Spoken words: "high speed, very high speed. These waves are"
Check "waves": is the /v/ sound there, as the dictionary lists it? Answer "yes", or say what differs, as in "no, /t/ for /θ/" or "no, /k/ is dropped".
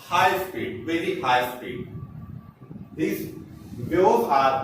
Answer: no, /v/ is dropped